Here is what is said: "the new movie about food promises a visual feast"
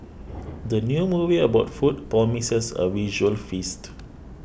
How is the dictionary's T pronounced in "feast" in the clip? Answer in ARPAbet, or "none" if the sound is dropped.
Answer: T